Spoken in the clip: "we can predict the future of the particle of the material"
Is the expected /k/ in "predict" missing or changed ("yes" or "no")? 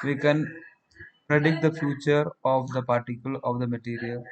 no